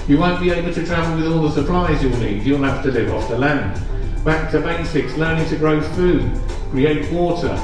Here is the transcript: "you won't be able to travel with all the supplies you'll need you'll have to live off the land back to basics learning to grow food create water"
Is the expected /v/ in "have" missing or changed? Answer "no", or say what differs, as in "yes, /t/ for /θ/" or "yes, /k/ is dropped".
yes, /f/ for /v/